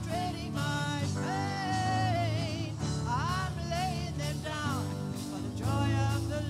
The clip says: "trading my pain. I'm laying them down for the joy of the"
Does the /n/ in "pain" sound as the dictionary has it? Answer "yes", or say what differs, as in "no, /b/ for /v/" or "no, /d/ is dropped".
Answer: no, /n/ is dropped